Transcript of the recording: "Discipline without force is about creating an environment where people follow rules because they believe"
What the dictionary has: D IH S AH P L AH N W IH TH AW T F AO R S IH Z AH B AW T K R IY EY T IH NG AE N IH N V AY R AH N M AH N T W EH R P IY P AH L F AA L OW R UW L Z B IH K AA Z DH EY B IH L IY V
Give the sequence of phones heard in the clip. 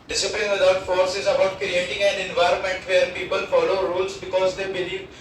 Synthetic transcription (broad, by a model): D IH S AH P L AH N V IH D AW T F AO R S IH Z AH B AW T K R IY EY T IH NG AE N IH N V AY R AH N M AH N T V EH R P IY P AH L F AA L OW R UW L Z B IH K AA Z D EY B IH L IY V